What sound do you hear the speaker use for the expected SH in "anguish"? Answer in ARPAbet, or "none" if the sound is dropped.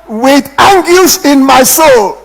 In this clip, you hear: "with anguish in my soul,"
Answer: S